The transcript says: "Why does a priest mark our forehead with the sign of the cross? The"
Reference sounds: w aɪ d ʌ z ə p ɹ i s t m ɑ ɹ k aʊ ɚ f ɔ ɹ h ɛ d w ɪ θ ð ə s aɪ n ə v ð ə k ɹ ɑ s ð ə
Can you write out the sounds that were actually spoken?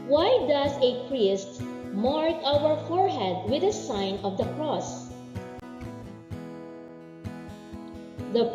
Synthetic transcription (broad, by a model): w aɪ d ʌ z ə p ɹ i s t m ɑ ɹ k aʊ ɚ f ɔ ɹ h ɛ d w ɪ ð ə s aɪ n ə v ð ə k ɹ ɑ s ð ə